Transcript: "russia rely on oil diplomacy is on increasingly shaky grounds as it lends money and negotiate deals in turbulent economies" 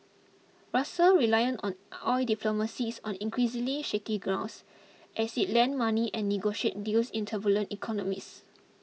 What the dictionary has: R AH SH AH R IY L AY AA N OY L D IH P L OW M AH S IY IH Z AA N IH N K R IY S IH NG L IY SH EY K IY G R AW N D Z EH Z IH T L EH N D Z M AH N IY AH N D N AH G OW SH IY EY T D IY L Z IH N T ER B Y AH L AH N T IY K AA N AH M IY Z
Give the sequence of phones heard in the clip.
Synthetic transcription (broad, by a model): R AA S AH R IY L AY AA N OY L D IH P L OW M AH S IY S AA N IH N K R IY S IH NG L IY SH EY K IY G R AW N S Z EH S IH T L EH N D M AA N IY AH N N AH G OW SH IY EY T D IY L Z IH N T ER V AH L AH N T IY K AA N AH M IY S